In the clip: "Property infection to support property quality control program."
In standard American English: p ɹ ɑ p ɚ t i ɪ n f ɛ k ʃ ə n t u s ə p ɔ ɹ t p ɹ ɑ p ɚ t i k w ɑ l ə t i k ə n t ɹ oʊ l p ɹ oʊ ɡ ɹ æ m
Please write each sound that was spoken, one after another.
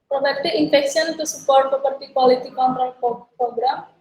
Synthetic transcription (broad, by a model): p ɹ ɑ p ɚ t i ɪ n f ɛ k s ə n t u s ə p ɔ ɹ t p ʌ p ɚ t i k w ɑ l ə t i k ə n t ɹ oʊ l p ɹ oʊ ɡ ɹ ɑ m